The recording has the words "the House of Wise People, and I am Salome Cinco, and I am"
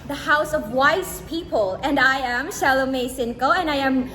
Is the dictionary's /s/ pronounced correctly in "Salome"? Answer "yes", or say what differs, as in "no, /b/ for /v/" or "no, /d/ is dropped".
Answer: no, /ʃ/ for /s/